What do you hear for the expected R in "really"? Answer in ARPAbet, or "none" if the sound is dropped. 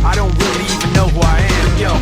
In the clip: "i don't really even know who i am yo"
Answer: W